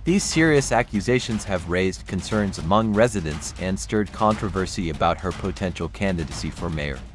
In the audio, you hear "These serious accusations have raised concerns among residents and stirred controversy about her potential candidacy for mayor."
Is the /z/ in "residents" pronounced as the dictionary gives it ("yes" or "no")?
yes